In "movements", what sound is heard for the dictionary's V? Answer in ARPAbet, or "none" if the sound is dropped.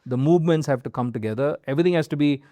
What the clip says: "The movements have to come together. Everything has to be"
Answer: V